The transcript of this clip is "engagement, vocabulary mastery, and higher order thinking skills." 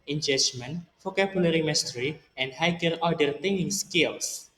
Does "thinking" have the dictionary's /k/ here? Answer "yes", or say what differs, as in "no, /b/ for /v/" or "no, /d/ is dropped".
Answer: no, /k/ is dropped